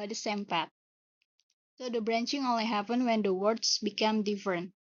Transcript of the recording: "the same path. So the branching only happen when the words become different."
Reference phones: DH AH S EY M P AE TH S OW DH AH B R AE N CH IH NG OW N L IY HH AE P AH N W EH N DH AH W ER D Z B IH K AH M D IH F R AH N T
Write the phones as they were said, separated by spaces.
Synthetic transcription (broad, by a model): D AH S EY M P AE T S OW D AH B R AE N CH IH NG OW N L IY HH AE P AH N W EH N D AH W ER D S B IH K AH M D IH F R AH N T